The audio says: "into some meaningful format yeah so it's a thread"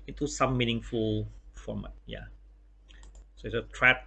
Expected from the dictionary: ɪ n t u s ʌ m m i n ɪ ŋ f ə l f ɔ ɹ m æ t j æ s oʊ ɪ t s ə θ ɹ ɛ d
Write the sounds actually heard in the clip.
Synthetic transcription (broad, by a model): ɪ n t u s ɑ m m i n ɪ ŋ f ə l f ɹ ɔ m j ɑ s oʊ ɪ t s ə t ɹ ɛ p